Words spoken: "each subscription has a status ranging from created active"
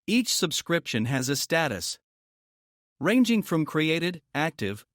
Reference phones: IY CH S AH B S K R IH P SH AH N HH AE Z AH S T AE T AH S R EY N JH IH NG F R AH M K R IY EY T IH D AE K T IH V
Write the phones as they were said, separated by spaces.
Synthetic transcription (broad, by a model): IY CH S AH B S K R IH P SH AH N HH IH Z AH S T AE T AH S R EY N JH IH NG F R AH M K R IY EY T IH D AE K T IH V